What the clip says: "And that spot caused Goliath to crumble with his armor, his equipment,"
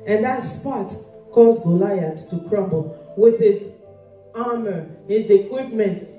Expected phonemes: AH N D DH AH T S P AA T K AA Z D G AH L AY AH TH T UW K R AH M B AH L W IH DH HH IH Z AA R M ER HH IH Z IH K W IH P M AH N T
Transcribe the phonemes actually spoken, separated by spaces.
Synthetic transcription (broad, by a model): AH N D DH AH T S P AA T K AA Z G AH L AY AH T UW K R AH M B AH L W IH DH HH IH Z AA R M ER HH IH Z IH K W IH P M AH N T